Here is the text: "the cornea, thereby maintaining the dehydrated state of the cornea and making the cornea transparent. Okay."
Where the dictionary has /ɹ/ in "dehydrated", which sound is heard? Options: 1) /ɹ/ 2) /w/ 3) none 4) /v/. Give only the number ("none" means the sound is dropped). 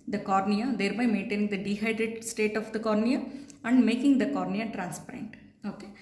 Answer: 3